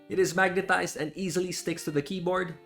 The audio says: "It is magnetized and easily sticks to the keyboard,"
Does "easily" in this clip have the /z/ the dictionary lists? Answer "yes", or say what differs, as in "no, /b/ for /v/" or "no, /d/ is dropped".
yes